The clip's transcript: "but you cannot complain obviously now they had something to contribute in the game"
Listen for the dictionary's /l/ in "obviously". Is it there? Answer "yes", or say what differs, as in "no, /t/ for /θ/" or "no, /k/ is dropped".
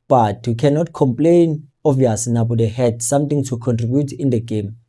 no, /n/ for /l/